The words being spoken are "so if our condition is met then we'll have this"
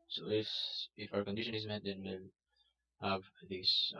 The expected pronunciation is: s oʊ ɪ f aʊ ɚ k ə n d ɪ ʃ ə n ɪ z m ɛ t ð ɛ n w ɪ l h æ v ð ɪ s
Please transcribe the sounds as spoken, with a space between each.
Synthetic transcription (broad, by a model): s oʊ ɪ f aʊ ɚ k ə n d ɪ ʃ ə n ɪ z m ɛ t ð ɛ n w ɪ n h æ v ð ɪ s